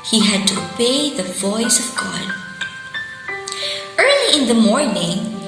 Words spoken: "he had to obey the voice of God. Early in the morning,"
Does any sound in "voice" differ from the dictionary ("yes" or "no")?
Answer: no